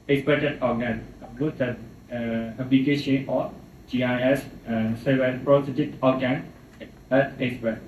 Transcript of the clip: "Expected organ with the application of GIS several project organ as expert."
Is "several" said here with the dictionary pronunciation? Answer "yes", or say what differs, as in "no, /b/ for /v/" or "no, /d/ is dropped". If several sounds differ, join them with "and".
no, /ɹ/ is dropped